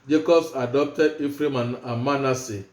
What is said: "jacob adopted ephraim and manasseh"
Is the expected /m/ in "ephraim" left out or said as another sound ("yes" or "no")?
no